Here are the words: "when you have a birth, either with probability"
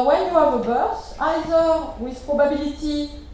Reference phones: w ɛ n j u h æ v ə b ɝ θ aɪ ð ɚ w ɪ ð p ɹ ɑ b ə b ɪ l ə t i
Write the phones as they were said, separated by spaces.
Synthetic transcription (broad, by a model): w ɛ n j u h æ v ə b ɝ s aɪ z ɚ w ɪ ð p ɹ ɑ b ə b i l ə t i